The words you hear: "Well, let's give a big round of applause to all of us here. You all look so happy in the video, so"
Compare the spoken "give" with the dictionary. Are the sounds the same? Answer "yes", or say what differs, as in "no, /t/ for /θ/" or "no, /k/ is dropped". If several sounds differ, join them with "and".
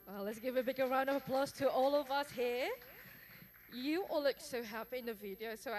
yes